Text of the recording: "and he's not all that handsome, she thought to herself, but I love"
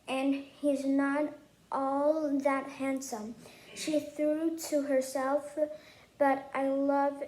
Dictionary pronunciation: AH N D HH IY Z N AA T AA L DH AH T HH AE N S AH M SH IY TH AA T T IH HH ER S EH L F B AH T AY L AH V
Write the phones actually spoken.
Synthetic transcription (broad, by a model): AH N HH IY Z N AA T AA L DH AH T HH AE N S AH M SH IY TH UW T T IH HH ER S EH L F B AH T AY L AH V